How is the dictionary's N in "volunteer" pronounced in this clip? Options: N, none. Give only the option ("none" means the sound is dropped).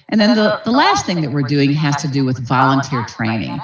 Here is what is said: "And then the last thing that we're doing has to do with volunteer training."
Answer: N